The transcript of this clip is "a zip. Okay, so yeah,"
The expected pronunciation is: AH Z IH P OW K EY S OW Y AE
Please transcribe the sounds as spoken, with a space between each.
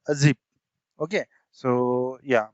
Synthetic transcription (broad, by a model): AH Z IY B OW K EY S OW Y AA